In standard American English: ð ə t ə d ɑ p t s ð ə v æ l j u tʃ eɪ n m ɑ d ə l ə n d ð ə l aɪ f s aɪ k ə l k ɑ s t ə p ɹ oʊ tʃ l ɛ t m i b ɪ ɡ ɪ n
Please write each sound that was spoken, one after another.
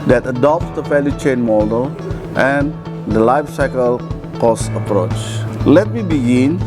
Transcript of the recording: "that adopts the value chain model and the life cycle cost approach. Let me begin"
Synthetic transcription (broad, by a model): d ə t ə d ɑ p t s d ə f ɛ l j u tʃ eɪ n m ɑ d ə l ə n d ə l aɪ f s aɪ k ə l k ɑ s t ə p ɹ oʊ tʃ l ɛ t m i b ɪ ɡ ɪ n